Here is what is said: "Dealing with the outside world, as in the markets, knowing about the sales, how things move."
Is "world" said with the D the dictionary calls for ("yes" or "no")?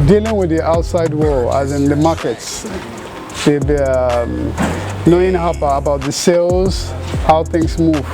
no